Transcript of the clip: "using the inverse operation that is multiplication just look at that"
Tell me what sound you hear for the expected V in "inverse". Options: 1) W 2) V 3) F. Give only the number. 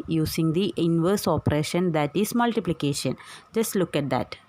2